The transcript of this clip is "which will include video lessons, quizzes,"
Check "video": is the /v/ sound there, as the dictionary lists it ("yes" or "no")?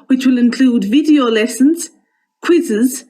yes